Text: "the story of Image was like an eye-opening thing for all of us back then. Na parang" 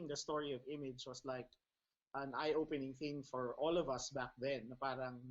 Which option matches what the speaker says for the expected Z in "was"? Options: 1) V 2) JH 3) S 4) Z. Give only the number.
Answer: 3